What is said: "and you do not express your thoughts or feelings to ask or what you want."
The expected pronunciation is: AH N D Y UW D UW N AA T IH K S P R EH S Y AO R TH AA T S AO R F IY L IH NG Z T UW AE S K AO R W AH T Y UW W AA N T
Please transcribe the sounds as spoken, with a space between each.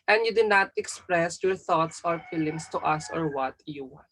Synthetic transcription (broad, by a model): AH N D Y UW D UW N AA T IH K S P R EH S Y AO R TH AA T S AO R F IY L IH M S T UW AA S AO R W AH T Y UW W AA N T